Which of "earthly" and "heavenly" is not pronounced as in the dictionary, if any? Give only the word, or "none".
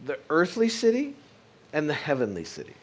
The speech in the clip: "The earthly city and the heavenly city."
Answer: none